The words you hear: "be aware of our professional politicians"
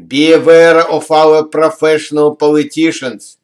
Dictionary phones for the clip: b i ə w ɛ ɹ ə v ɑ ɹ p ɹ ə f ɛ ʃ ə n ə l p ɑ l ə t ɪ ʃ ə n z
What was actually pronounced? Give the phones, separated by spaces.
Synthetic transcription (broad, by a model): b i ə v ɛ ɹ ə f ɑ l p ɹ ə f ɛ ʃ ə n ə l p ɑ l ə t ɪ ʃ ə n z